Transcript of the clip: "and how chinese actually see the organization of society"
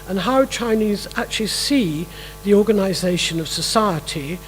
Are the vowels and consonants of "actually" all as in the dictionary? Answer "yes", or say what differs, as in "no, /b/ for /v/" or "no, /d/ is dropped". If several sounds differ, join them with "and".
yes